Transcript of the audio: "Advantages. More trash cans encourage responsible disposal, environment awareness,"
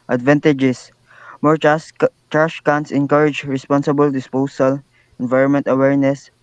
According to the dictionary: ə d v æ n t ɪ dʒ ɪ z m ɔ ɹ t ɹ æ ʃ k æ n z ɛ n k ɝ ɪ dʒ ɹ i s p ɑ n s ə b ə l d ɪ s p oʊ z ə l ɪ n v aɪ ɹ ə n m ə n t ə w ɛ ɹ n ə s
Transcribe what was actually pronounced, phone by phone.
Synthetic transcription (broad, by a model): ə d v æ n t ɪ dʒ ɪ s m ɔ ɹ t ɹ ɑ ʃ k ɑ n s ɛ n k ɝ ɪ dʒ ɹ i s p ɑ n s ə b ə l d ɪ s p oʊ s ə l ɪ n v aɪ ɹ ə n m ə n t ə w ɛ ɹ n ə s